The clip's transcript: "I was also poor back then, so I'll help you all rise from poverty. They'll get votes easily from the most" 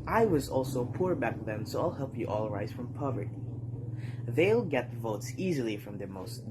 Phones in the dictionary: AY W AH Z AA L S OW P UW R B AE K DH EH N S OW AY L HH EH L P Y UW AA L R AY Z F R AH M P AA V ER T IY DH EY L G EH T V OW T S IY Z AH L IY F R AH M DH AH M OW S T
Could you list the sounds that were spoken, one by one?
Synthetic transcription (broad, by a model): AY W AH Z AA L S OW P UW R B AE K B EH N S OW AY L HH EH L P Y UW AA L R AY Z F R AH M P AA V ER T IY DH EY L G EH T V OW T S IY Z AH L IY F R AH M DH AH M OW S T